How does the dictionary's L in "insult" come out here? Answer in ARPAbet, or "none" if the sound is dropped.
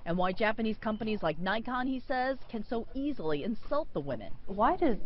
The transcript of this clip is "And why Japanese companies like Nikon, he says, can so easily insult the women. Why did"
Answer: L